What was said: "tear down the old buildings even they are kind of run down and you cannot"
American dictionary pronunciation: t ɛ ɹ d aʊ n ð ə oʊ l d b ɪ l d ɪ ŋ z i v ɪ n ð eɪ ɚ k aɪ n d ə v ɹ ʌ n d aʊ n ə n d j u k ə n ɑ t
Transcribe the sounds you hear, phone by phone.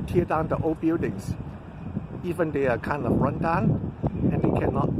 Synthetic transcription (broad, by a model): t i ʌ d aʊ n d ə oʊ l b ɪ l d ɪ ŋ s i v ɪ n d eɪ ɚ k aɪ n d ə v ɹ ʌ n d aʊ n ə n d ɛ k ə n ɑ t